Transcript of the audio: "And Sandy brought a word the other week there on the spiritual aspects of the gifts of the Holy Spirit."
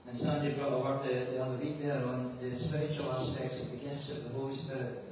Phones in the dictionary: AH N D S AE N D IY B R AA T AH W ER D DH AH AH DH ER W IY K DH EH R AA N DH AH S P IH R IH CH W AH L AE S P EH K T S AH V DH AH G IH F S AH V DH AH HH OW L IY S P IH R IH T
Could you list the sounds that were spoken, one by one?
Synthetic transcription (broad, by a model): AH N S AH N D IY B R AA AH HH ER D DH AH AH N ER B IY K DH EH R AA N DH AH S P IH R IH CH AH L AE S P EH K T S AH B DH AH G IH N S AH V DH AH HH OW L IY S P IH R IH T